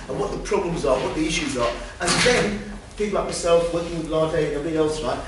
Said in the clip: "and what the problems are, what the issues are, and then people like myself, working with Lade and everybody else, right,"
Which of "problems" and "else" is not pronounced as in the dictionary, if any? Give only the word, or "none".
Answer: none